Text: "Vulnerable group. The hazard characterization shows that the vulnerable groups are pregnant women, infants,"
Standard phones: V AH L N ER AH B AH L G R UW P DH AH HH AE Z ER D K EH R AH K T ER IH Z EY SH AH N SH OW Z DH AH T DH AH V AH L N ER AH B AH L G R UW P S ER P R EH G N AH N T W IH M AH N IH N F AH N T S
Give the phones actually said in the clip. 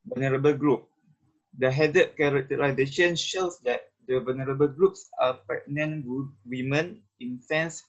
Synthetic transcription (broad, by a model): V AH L N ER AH B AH L G R UW P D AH HH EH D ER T K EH R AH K T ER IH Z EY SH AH N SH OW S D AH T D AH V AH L N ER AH B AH L G R UW P S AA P EH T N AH N W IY M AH N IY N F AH N S